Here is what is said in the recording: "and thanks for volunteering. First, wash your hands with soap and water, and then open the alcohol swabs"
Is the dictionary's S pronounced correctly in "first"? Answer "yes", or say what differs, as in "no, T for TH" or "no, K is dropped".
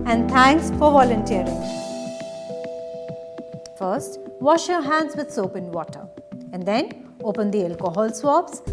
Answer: yes